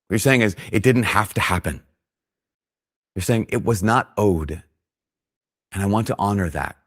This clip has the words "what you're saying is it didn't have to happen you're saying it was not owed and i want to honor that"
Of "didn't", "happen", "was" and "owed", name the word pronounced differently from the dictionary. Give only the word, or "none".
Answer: none